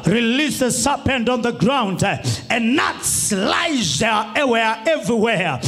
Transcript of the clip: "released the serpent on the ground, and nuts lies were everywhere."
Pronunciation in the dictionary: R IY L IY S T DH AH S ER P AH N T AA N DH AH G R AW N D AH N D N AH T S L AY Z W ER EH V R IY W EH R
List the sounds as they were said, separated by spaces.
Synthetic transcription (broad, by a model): R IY L IY S DH AH S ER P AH N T AA N DH AH G R AW N D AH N N AH T S L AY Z W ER EH V R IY W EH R